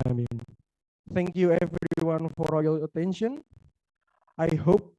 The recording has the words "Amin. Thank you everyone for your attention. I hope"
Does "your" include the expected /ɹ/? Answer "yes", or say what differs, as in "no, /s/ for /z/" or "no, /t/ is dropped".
no, /l/ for /ɹ/